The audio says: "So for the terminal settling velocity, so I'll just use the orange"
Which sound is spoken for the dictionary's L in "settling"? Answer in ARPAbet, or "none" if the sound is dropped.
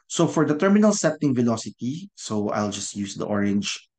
none